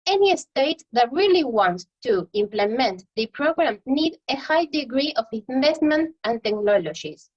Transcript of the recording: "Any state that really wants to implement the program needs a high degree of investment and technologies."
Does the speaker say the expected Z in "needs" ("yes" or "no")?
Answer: no